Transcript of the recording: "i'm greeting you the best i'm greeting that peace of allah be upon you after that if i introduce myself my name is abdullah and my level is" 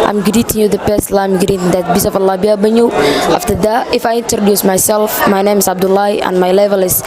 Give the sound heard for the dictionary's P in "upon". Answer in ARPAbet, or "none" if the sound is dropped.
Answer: B